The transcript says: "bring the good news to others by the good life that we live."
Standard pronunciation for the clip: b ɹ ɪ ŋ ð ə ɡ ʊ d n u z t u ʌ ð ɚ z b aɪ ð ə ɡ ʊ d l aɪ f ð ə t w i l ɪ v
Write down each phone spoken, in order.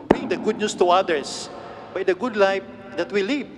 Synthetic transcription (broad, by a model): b ɹ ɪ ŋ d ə ɡ ʊ d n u s t u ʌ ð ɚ s b aɪ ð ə ɡ ʊ d l aɪ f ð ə t w i l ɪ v